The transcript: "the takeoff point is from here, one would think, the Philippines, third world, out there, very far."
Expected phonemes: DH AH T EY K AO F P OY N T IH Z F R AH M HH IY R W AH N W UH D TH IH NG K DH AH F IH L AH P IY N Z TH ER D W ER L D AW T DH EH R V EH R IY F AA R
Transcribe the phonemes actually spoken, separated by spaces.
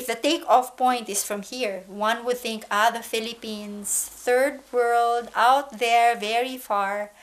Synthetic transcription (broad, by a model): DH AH T EY K AO F P OY N T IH S F R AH M HH IY R W AH N W UH D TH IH NG K DH AH F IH L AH P IY N S TH ER D W ER L D AW T DH EH R V EH R IY F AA R